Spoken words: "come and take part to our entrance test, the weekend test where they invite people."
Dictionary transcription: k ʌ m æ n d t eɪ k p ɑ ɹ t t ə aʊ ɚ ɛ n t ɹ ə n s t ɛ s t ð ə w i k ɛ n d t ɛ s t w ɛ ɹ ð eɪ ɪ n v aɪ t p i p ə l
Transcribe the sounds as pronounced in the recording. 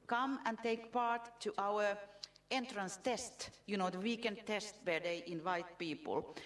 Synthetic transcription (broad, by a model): k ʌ m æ n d t eɪ k p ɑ ɹ t t aʊ ɚ ɛ n t ɹ ə n s t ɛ s t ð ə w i k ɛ n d t ɛ s t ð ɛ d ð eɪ ɪ n v aɪ t p i p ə l